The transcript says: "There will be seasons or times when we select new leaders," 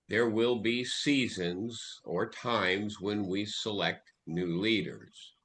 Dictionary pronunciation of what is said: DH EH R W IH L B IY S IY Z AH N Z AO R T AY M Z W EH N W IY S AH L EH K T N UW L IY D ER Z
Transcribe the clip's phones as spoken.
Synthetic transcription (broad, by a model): DH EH R W IH L B IY S IY Z AH N Z AO R T AY M Z W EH N W IY S AH L EH K T N UW L IY D ER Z